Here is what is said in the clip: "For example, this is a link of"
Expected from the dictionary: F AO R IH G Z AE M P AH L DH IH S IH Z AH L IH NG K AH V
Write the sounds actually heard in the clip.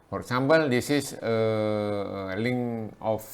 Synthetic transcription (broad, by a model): F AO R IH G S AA M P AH L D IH S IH S AH L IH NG AH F